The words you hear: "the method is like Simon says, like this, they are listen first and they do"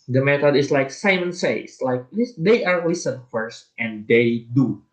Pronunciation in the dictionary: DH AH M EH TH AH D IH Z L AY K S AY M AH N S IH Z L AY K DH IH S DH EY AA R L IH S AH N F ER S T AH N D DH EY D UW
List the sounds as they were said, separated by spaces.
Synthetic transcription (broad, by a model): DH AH M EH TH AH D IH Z L AY K S AY M AH N S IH S L AY K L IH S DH EY AA R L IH S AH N F ER S T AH N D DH EY D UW